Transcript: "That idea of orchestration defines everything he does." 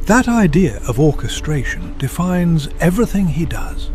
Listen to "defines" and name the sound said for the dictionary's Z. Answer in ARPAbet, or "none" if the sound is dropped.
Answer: Z